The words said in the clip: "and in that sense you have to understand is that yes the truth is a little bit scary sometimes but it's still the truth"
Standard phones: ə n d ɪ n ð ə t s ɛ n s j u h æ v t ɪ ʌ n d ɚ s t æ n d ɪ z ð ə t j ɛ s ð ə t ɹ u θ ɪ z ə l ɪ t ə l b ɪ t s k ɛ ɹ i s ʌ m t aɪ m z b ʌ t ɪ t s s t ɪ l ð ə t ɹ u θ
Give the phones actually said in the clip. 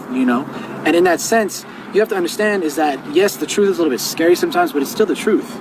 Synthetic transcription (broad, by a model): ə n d ɪ n ð ə t s ɛ n s j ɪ h æ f t ɪ ʌ n d ɚ s t æ n d ɪ z ð ə t j ɛ s ð ə t ɹ u θ ɪ z l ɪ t l b ɪ t s k ɛ ɹ i s ʌ m t aɪ m z b ʌ t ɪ t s s t ɪ l ð ə t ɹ u θ